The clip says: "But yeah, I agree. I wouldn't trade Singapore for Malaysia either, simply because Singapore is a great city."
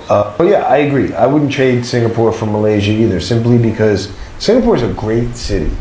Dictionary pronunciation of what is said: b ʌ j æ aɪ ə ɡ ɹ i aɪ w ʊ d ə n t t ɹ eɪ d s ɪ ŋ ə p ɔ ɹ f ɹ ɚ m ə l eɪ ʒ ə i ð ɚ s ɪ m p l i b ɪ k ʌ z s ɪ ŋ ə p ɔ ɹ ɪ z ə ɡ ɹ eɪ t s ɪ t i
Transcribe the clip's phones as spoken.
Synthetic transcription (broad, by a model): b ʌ j æ aɪ ə ɡ ɹ i aɪ w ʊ d n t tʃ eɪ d s ɪ ŋ ə p ɔ ɹ f ɹ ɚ m ə l eɪ ʒ ə i ð ɚ s ɪ m p l i b ɪ k ʌ z s ɪ ŋ ə p ɔ ɹ ɪ z ə ɡ ɹ eɪ t s ɪ t i